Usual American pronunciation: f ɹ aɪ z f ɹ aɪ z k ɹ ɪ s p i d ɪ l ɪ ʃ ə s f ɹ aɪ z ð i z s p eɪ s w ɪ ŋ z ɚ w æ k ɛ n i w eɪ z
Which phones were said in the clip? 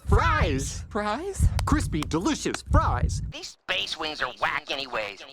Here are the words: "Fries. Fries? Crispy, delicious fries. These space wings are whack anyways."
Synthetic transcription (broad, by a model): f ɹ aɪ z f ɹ aɪ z k ɹ ɪ s p i d ɪ l ɪ ʃ ə s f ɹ aɪ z ð i z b eɪ s w ɪ ŋ z ɚ w æ k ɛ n i w eɪ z